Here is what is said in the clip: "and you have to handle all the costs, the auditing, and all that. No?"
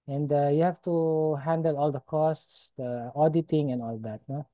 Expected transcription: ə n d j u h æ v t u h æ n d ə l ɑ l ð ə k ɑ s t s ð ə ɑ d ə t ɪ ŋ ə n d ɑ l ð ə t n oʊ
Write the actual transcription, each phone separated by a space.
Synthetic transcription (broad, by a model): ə n d j u h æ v t u h æ n d ə l ɑ l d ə k ɑ s t s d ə ɑ d ə t ɪ ŋ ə n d ɑ l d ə t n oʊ